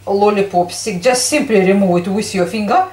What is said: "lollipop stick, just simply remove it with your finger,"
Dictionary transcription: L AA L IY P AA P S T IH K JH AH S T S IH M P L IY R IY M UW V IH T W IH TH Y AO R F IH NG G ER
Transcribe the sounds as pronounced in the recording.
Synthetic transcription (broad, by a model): L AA L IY P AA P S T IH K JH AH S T S IH M P L IY R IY M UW IH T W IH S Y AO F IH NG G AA